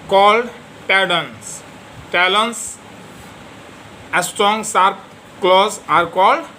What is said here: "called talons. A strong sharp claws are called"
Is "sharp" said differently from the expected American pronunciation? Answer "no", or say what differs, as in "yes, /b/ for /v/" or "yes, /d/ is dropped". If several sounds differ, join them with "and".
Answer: yes, /s/ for /ʃ/